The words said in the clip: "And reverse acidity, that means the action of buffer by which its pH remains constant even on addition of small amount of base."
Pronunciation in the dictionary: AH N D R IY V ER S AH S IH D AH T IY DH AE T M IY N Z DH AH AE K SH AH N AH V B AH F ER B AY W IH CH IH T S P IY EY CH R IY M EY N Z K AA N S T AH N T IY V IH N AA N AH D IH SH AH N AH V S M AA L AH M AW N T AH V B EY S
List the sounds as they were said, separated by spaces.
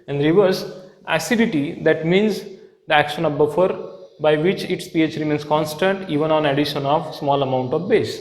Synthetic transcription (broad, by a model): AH N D R IY V ER S AH S IH D AH T IY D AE T M IY N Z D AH AE K SH AH N AH V B AH F ER B AY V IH CH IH T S P IY EY CH R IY M EY N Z K AA N S T AH N T IY V IH N AA N AH D IH SH AH N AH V S M AA L AH M AW N T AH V B EY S